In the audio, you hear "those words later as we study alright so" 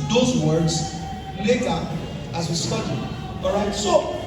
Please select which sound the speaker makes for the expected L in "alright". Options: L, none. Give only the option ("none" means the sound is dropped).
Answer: none